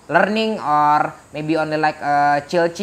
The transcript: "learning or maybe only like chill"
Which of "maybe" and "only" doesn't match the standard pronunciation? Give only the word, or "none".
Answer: none